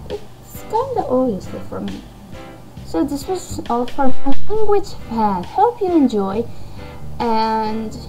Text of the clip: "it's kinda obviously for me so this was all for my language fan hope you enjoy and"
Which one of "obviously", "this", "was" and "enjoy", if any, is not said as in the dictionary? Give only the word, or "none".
obviously